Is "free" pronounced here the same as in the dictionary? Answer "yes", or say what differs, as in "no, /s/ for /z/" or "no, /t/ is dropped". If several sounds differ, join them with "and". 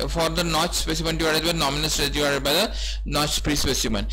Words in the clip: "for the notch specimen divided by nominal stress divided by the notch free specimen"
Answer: no, /p/ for /f/